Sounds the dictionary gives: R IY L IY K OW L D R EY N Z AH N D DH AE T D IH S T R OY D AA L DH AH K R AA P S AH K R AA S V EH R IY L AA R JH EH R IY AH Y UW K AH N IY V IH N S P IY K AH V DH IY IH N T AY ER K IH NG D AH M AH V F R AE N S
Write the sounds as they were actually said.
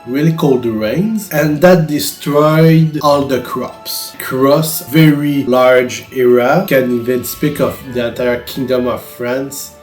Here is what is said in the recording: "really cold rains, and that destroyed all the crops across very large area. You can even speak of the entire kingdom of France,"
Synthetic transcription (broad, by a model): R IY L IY K OW L D R EY N Z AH N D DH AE T D IH S T R OY D AA L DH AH K R AA P S K R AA S V EH R IY L AA R JH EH R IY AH K AH N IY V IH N S P IY K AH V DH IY IH N T AY ER K IH NG D AH M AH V F R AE N S